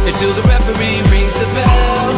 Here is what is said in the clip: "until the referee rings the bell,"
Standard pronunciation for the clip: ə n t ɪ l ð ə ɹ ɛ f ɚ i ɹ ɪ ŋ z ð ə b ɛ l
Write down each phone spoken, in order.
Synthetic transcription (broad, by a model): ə n t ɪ l ð ə ɹ ɛ f ɚ i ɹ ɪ z ð ə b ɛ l